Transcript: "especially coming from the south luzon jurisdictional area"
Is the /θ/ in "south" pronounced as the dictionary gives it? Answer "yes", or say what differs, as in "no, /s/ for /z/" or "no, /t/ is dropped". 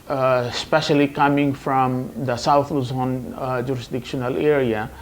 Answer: no, /t/ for /θ/